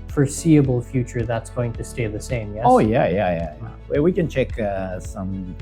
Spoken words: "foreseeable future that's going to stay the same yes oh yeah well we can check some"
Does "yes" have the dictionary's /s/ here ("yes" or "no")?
no